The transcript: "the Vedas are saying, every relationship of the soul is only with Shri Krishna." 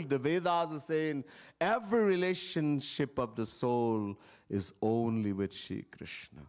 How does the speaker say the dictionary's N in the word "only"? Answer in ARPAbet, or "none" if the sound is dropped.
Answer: N